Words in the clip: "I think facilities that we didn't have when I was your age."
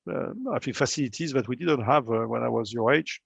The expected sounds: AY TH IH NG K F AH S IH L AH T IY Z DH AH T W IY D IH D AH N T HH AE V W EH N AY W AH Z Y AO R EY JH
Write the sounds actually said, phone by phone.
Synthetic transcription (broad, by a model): AY F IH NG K F AH S IH L AH T IY Z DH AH T W IY D IH D AH N T HH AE V W EH N AY W AH Z Y AO R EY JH